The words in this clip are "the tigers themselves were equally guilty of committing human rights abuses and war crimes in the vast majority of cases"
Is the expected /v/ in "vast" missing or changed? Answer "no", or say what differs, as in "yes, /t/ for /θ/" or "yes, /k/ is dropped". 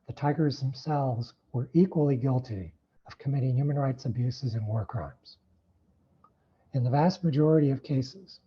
no